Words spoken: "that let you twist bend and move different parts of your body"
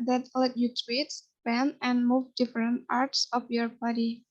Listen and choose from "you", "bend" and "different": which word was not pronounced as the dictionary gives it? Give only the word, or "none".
bend